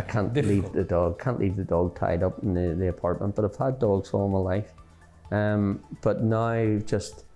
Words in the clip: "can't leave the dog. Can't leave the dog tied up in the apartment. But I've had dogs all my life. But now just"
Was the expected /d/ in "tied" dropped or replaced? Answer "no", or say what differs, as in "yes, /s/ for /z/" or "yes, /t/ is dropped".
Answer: no